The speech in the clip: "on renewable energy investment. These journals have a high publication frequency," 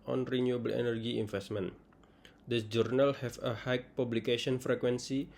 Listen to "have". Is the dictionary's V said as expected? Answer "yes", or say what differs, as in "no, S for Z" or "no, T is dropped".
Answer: no, F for V